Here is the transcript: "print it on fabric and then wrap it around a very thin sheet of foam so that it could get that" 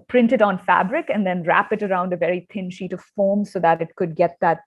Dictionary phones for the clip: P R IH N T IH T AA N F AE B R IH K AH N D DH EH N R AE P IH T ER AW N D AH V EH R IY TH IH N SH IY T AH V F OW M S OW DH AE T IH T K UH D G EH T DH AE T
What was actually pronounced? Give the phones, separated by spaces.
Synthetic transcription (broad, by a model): P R IH N T IH T AA N F AE B R IH K AH N D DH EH N R AE P IH T ER AW N D AH V EH R IY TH IH N SH IY T AH V F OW M S OW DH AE T IH T K UH D G EH T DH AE T